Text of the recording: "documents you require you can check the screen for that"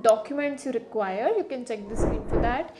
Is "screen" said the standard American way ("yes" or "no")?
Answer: no